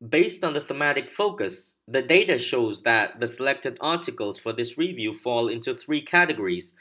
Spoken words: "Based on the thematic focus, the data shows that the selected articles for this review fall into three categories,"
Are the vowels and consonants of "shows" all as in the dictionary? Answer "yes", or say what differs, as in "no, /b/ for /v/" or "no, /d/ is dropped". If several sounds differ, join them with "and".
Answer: yes